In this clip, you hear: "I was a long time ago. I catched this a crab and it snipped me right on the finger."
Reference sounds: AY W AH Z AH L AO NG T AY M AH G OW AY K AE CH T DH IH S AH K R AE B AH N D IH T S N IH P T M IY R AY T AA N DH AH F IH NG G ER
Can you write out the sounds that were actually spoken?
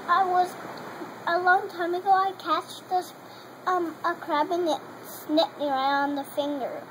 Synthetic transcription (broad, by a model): AY W AH Z AH L AO NG T AY M AH G OW AY K AE CH T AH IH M AH K R AE B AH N IH T S N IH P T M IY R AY UH N DH AH F IH NG G ER